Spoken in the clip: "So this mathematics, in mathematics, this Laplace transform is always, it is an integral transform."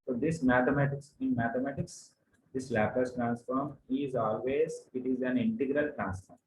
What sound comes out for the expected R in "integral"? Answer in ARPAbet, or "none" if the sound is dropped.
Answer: R